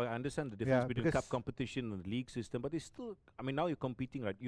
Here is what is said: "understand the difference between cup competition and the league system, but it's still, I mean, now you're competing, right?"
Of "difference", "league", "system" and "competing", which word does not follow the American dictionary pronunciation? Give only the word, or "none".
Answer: difference